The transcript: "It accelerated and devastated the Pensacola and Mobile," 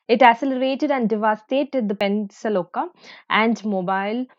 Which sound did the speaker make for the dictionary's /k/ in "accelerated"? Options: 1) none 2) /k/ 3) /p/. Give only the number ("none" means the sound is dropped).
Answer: 1